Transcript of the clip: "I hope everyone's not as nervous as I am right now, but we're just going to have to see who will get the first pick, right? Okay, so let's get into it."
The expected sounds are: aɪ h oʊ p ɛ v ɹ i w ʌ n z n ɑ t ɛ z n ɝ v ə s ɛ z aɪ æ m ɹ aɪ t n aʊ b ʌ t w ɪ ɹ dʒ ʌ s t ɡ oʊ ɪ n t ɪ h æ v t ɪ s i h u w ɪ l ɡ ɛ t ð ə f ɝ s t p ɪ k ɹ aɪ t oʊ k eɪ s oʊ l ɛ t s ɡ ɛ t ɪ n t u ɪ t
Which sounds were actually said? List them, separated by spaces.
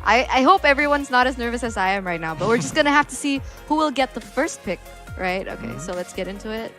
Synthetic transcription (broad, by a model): aɪ h oʊ p ɛ v ɹ i w ʌ n z n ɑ t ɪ z n ɝ v ə s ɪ z aɪ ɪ m ɹ aɪ t n aʊ b ʌ t w ɪ ɹ dʒ ʌ s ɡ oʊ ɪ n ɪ h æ f t ɪ s i h u w ɪ l ɡ ɛ t ð ə f ɝ s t p ɪ k ɹ aɪ t oʊ k eɪ s oʊ l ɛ t s ɡ ɛ t ɪ n t u ɪ t